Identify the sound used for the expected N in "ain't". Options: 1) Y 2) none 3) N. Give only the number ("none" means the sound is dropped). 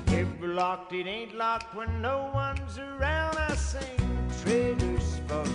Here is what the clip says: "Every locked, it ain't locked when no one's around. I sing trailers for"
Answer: 3